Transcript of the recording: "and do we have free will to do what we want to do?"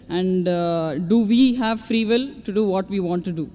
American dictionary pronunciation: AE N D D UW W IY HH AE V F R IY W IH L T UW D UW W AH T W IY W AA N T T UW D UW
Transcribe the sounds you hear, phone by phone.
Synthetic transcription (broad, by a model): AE N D D UW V IY HH AE V F R IY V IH L T UW D UW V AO T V IY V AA N T T UW D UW